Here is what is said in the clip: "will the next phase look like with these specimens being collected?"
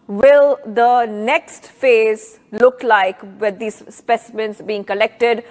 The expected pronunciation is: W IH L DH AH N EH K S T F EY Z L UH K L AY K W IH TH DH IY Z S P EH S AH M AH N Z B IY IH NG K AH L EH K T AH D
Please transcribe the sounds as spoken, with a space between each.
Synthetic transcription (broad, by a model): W IH L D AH N EH K S T F EY Z L UH K L AY K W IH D IY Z S P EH S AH M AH N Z B IY IH NG K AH L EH K T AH D